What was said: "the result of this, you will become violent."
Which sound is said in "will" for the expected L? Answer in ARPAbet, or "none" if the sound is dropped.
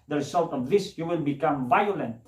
N